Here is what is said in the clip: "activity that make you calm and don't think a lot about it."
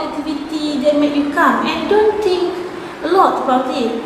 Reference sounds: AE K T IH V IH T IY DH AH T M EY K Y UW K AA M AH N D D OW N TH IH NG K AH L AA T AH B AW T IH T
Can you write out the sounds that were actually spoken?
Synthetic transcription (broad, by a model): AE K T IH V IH T IY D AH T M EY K Y UW K AA M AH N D D OW N T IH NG K AH L AA T AH B AW T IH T